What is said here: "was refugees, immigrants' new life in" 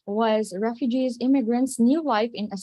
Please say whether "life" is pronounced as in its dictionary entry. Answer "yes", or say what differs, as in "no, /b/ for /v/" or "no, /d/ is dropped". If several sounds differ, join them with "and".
yes